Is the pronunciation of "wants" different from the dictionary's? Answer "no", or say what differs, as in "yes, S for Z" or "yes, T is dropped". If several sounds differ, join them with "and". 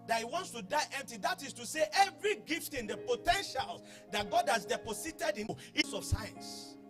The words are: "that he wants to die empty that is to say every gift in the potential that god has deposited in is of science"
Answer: no